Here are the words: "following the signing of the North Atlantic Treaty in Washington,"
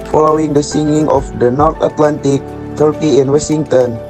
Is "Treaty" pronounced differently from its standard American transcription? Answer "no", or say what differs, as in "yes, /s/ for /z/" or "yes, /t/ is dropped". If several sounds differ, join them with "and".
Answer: yes, /ɹ/ is dropped